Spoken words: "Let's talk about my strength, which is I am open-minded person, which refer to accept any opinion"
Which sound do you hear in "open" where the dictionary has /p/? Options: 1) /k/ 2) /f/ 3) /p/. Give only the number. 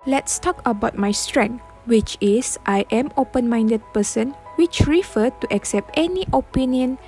3